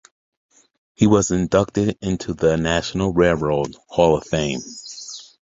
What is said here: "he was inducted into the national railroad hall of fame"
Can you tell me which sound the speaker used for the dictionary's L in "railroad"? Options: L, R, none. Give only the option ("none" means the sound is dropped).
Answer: none